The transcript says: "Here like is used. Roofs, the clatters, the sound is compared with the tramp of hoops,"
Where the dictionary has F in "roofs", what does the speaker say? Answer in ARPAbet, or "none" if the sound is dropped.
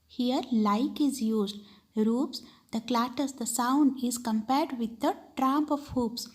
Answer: P